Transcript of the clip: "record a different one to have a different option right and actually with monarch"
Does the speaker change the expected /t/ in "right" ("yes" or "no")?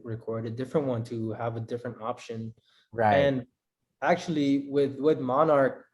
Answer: yes